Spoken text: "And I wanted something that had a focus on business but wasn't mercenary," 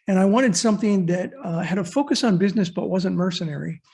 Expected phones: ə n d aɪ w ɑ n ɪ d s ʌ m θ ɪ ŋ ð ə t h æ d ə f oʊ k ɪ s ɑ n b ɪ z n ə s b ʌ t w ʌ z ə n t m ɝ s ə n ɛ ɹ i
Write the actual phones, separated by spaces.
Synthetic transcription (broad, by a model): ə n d aɪ w ɑ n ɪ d s ʌ m θ ɪ ŋ ð ə t h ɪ d ə f oʊ k ɪ s n b ɪ z n ə s b ʌ t w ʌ z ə n m ɝ s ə n ɛ ɹ i